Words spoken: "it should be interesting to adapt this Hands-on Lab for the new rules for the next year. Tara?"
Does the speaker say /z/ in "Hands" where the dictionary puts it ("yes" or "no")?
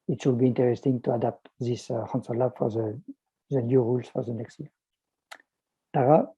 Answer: no